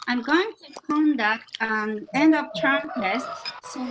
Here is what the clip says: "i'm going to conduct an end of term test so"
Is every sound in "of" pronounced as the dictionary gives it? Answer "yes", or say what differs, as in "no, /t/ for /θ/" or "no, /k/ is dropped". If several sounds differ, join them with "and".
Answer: no, /p/ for /v/